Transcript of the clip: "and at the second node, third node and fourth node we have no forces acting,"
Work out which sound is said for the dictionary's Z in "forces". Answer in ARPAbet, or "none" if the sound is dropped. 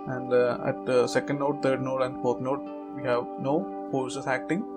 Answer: S